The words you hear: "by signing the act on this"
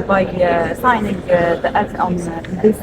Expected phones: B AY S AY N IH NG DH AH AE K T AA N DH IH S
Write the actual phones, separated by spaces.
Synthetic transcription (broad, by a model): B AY S AY N IH NG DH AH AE T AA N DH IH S